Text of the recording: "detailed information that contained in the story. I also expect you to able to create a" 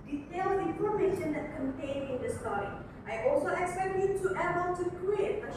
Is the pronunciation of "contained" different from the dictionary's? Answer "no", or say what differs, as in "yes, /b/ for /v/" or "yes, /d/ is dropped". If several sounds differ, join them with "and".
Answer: yes, /d/ is dropped